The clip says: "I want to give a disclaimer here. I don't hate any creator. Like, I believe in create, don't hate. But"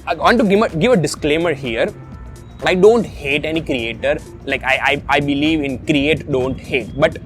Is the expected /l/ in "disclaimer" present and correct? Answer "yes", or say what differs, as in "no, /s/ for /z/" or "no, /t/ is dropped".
yes